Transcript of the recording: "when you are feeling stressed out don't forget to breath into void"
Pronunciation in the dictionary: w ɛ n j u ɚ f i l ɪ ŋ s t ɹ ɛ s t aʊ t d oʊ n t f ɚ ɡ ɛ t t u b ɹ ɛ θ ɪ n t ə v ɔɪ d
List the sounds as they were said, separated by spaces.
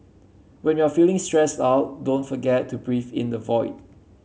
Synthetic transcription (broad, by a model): w ɛ n j u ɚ f i l ɪ ŋ s t ɹ ɛ s t aʊ t d oʊ n t f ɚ ɡ ɛ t t u b ɹ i f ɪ n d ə v ɔɪ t